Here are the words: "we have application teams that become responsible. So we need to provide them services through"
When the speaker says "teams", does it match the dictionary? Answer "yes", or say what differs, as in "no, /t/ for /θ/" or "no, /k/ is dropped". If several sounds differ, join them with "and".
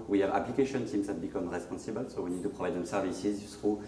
no, /s/ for /t/